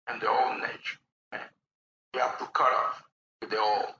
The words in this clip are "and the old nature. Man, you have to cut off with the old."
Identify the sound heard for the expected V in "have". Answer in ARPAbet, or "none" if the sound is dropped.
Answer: F